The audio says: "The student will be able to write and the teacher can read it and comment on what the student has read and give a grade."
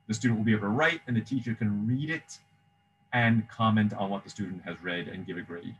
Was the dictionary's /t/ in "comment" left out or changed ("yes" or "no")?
no